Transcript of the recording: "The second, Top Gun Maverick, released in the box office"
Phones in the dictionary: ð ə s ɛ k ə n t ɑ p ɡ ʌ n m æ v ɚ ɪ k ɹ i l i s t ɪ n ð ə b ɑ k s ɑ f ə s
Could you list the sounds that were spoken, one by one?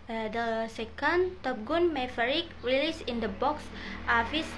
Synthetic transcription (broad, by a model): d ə s ɛ k ə n t ɑ p ɡ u n m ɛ f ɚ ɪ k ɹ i l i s ɪ n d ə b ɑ k s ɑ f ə s